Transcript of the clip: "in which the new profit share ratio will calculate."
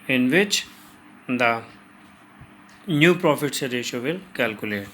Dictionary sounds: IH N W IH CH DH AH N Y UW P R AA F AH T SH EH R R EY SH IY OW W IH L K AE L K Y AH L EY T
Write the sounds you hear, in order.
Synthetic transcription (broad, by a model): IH N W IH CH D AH N Y UW P R AA F AH T S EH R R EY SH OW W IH L K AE L K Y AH L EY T